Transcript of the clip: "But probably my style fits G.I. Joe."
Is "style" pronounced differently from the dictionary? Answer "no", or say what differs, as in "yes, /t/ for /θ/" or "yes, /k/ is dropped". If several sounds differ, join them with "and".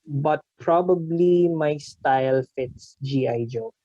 no